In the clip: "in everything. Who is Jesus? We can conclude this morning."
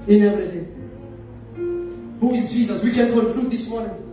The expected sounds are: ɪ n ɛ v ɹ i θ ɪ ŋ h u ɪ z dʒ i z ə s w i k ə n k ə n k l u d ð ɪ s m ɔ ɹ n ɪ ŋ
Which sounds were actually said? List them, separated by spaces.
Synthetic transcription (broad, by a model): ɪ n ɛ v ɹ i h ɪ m h u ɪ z dʒ i z ə s w i k ə n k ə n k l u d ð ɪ s m ɔ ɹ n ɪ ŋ